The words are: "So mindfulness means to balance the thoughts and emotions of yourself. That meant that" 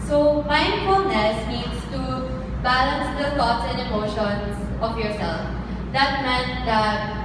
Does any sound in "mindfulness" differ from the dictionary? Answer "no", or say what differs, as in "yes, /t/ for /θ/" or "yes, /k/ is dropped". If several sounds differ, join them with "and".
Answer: yes, /n/ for /l/